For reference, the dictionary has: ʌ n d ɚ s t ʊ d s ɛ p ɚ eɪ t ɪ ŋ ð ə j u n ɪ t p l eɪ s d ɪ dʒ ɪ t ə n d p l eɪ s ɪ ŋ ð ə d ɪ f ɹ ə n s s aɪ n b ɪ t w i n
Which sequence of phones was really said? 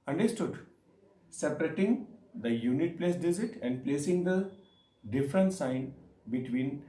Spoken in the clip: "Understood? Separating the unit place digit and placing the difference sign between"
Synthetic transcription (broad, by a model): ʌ n d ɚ s t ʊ d s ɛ p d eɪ t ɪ ŋ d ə j u n ɪ t p l eɪ s d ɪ z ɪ t ə n d p l eɪ s ɪ ŋ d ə d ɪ f ɹ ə n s s aɪ n b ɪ t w i n